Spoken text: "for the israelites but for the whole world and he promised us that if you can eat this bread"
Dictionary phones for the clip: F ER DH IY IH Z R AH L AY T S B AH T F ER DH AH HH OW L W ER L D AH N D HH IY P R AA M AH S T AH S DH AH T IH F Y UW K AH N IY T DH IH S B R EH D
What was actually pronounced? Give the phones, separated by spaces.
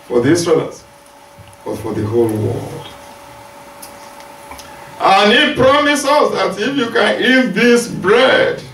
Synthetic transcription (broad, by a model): F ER DH IY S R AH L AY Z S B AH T F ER DH AH HH OW L W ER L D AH N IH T P R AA M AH S AH S DH AH T IH F Y UW K AH N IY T DH IH S B R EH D